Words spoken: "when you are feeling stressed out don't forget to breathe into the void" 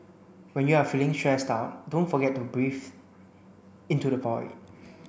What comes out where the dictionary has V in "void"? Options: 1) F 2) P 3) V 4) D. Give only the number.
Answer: 2